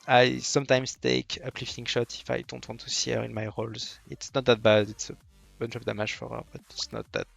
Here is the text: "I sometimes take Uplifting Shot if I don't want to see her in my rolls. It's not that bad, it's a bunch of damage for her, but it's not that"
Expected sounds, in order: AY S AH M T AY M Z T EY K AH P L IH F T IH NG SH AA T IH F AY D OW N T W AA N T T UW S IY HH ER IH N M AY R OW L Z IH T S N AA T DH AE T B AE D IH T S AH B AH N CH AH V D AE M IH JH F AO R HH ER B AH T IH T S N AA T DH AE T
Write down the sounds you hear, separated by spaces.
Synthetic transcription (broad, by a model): AY S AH M T AY M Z T EY K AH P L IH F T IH NG SH AA T IH F AY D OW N T W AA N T T UW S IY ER IH N M AY R OW L Z IH T S N AA T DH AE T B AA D IH T S AH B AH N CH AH P D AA M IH ZH F AO R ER B AH T IH T S N AA T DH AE T